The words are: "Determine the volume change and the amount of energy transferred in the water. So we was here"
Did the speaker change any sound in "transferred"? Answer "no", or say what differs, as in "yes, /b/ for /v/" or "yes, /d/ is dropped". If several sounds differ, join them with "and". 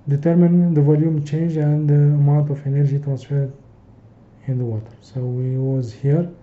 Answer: no